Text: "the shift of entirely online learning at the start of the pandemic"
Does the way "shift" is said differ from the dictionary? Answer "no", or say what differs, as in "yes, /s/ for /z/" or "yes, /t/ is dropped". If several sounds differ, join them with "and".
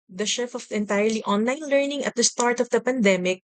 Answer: yes, /t/ is dropped